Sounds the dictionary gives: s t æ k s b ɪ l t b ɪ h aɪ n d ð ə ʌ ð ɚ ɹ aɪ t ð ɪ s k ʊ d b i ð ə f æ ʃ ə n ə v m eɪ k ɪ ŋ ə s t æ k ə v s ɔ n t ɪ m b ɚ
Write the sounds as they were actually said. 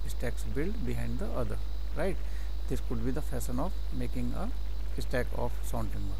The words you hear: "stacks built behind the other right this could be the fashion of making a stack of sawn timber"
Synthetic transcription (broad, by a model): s t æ k s b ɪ l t b ɪ h aɪ n d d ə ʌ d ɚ ɹ aɪ t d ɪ s k ʊ d b i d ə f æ s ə n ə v m eɪ k ɪ ŋ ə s t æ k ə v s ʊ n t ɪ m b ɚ